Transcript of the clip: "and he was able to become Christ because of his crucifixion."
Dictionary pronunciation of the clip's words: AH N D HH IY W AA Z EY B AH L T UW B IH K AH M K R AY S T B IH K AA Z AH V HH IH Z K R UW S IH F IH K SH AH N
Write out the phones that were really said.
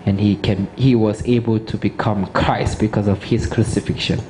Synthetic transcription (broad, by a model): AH N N HH IY W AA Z EY B AH L T UW B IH K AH M K R AY S T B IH K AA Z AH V HH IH S K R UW S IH F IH K SH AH N